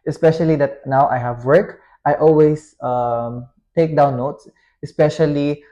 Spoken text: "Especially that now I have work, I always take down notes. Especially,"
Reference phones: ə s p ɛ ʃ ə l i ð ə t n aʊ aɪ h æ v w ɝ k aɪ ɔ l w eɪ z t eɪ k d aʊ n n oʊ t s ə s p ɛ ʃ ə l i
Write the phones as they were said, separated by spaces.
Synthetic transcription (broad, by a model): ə s p ɛ ʃ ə l i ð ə t n aʊ aɪ h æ v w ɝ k aɪ ɔ l w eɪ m t eɪ k d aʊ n n oʊ t s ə s p ɛ ʃ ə l i